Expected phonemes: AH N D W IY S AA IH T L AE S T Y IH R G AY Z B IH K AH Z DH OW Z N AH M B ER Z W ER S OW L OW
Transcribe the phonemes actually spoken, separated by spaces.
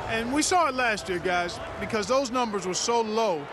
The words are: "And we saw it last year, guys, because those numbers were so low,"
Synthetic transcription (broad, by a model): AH N W IY S AA IH T L AE S T Y IH R G AY Z B IH K AH Z DH OW Z N AH M B ER Z W ER S OW L OW